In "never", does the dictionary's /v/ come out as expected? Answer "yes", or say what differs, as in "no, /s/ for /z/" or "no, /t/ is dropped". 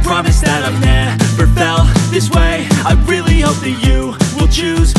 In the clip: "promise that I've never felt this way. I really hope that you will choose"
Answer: no, /b/ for /v/